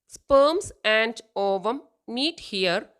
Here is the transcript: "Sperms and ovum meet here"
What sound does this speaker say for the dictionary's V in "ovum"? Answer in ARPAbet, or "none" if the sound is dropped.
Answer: V